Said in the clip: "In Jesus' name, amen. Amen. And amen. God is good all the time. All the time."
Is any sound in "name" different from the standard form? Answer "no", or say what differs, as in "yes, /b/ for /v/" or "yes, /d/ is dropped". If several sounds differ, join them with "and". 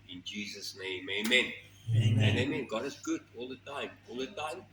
yes, /m/ is dropped